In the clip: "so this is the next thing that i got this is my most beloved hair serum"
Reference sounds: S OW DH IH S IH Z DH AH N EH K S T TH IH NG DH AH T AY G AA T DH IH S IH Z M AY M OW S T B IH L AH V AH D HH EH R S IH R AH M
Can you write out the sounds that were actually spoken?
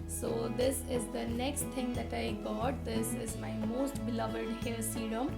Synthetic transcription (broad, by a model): S OW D IH S IH Z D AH N EH K S T T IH NG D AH T AY G AA T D IH S IH Z M AY M OW S T B IH L AH V AH D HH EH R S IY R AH M